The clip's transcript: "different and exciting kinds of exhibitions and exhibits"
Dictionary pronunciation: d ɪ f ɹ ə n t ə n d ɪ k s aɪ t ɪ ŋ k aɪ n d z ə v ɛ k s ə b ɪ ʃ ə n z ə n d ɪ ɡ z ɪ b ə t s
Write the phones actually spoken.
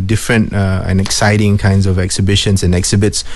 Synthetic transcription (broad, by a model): d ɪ f ɹ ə n t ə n ɪ k s aɪ t ɪ ŋ k aɪ n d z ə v ɛ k s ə b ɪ ʃ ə n s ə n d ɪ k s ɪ b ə t s